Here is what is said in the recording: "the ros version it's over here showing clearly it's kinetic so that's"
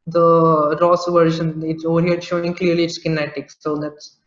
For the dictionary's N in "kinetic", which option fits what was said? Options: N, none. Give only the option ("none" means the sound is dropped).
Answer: N